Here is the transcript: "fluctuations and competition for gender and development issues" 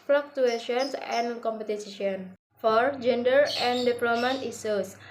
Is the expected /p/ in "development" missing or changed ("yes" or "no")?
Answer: yes